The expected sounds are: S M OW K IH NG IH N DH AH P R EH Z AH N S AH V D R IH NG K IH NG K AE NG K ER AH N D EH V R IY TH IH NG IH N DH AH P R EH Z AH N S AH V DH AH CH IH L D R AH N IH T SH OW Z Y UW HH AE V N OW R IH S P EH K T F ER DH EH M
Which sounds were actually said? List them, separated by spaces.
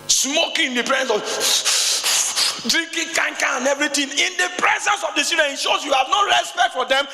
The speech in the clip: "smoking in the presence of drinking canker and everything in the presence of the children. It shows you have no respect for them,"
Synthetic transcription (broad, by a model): S M OW K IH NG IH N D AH P R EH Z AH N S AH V D R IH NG K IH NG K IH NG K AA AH N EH V R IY T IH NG IH N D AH P R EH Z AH N S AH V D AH S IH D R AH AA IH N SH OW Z Y UW HH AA V N OW R IH S P EH K T F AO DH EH M